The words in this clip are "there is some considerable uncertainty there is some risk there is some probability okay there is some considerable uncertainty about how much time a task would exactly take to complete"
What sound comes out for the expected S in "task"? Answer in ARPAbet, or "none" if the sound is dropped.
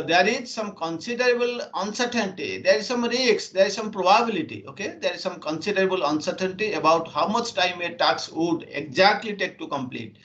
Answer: none